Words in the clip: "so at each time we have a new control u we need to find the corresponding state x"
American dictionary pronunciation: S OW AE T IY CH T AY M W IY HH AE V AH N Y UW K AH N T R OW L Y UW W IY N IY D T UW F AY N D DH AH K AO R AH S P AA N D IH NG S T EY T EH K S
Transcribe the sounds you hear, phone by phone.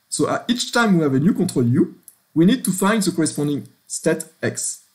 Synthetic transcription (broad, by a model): S OW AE T IY CH T AY M W IY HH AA V AH N Y UW K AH T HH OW L Y UW W IY N IY D T UW F AY N D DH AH K AO R AH S P AA N D IH NG S T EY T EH K S